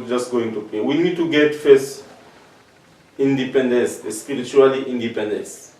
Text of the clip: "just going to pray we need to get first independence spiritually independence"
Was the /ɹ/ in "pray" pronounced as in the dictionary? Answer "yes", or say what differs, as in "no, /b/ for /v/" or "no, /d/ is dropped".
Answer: no, /ɹ/ is dropped